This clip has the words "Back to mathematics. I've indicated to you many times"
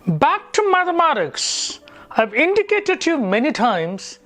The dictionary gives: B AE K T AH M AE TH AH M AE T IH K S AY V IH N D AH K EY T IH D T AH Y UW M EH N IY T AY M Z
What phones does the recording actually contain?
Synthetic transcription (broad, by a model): B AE K T AH M AE TH AH M AE T IH K S AY V IH N D AH K EY T IH D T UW M EH N IY T AY M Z